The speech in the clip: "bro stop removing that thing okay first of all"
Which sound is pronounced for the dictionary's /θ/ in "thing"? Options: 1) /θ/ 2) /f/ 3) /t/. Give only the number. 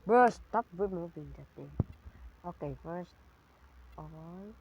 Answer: 3